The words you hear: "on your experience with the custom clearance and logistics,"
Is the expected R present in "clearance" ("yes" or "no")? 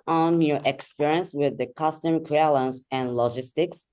no